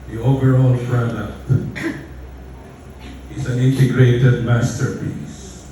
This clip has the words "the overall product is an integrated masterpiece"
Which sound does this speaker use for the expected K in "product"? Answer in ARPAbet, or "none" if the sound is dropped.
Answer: none